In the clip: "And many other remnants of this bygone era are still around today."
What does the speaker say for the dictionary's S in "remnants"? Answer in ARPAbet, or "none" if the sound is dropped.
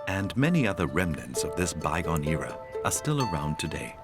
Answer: S